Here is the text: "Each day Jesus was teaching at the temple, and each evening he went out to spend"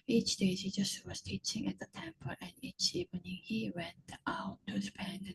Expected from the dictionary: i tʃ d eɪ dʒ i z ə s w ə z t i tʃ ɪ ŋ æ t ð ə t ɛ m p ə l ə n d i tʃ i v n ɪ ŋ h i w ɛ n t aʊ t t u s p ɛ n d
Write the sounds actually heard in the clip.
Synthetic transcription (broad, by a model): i tʃ d eɪ z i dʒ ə s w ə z t i tʃ ɪ ŋ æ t ð ə t ɛ m p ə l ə n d i tʃ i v n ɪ ŋ h i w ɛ n t aʊ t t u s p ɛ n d